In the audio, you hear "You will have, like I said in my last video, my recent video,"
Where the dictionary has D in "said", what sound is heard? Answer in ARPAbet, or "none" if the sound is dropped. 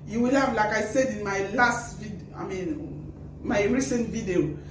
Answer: D